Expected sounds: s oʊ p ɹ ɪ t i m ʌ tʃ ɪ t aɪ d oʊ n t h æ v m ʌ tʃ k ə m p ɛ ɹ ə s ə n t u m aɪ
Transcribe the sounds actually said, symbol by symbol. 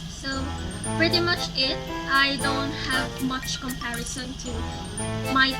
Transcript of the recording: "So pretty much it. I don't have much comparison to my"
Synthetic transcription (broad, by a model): s oʊ p ɹ ɪ t i m ʌ tʃ ɪ t aɪ d oʊ n t h æ v m ʌ tʃ k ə m p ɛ ɹ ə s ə n t u m aɪ